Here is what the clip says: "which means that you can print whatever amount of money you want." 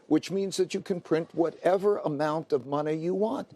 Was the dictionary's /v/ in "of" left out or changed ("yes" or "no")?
no